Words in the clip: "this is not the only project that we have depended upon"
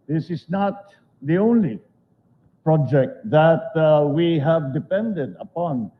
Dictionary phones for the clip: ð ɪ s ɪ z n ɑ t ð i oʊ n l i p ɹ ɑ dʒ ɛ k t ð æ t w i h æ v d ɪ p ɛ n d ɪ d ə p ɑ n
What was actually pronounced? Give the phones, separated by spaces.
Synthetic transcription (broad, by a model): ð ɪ s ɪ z n ɑ t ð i oʊ n l i p ɹ ɑ dʒ ɛ k t ð æ t w i h æ v d ɪ p ɛ n d ɪ d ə p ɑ n